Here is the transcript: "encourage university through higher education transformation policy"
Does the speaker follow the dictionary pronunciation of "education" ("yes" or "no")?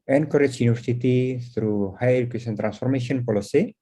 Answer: no